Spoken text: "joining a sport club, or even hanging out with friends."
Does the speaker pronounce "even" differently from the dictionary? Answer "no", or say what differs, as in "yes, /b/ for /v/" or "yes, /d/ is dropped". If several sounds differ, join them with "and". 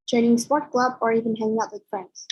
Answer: no